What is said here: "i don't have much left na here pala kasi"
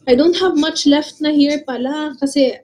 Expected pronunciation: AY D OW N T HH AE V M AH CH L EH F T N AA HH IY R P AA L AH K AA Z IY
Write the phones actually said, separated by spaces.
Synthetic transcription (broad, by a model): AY D OW N T HH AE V M AH CH L EH F T N AA HH IY R P AA L AH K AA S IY